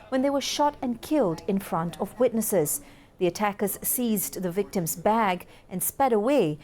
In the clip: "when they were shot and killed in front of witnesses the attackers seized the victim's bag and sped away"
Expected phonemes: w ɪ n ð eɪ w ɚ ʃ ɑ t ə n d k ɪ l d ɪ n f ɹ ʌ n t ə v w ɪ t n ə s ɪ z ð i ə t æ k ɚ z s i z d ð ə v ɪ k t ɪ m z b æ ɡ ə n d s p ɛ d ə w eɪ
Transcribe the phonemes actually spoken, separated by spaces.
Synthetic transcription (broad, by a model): w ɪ n ð eɪ w ɚ ʃ ɑ t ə n k ɪ l d ɪ n f ɹ ʌ n t ə v w ɪ t n ə s ɪ z ð i ə t æ k ɚ z s i z ð ə v ɪ k t ɪ m z b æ ɡ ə n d s p ɛ d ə w eɪ